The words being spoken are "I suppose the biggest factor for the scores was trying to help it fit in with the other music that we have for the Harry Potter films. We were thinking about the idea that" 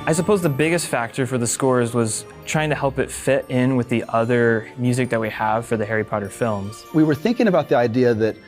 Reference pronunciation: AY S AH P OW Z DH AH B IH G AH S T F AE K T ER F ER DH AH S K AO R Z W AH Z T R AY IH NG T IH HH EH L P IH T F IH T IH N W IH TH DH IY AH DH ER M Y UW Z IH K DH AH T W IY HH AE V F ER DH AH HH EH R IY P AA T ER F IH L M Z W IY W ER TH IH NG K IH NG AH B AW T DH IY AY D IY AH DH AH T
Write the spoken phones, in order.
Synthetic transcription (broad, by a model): AY S AH P OW Z DH AH B IH G AH S T F AE K T ER F ER DH AH S K AO R Z W AH Z T R AY IH NG T IH HH EH L P IH T F IH T IH N W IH DH IY AH DH ER M Y UW Z IH K DH AH T W IY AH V F ER DH AH HH EH R IY P AA T ER F IH L M Z W IY W ER TH IH NG K IH NG AH B AW T DH IY AY D IY AH DH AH T